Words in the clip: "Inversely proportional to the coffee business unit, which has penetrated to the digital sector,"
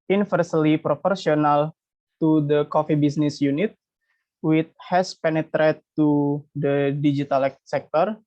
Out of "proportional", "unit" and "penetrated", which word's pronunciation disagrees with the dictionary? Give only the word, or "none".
proportional